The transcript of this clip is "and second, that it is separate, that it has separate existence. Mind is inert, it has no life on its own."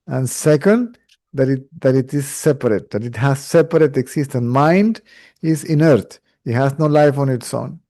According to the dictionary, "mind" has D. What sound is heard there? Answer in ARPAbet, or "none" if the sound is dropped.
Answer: D